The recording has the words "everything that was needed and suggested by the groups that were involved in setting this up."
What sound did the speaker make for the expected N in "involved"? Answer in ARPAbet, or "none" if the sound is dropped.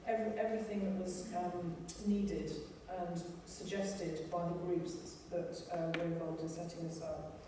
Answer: none